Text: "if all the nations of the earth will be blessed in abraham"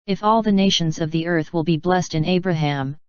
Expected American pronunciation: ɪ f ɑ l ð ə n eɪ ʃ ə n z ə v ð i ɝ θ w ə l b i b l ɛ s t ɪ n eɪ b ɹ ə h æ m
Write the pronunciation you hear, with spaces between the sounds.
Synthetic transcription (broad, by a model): ɪ f ɑ l ð ə n eɪ ʃ ə n z ə v ð i ɝ θ w ə l b i b l ɛ s t ɪ n eɪ b ɹ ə h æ m